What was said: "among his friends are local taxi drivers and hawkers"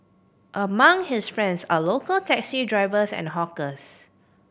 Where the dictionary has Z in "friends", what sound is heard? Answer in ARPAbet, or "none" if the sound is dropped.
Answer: S